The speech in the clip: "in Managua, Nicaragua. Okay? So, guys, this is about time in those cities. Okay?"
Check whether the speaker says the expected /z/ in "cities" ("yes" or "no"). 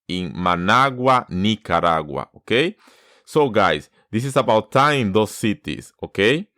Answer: no